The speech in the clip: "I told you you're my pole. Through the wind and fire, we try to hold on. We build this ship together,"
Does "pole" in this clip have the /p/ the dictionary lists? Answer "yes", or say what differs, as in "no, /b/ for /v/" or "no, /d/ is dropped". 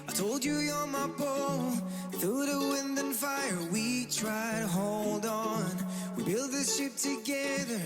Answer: no, /b/ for /p/